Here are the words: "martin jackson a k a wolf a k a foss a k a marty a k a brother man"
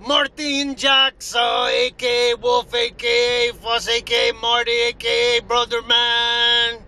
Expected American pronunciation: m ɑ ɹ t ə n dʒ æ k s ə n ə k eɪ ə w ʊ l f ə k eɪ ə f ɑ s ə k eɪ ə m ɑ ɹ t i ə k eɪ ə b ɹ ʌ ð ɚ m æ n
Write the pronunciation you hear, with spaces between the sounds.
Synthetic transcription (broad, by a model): m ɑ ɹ t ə n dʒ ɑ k s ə ə k eɪ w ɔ f ə k eɪ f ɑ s ə k eɪ m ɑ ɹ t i ə k eɪ b ɹ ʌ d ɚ m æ n